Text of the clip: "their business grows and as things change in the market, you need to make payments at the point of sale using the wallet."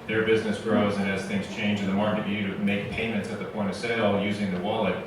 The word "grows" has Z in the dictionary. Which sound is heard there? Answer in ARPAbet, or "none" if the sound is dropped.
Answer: Z